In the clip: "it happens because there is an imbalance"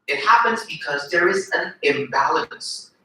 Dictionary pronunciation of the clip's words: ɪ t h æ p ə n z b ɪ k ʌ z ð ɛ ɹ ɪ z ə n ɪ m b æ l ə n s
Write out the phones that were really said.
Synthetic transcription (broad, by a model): ɪ t h æ p ə n z b ɪ k ʌ z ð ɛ ɹ ɪ z ə n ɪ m b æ l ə n s